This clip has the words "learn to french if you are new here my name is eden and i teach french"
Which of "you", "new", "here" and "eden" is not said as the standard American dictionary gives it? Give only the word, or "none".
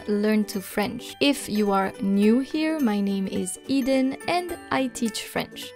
none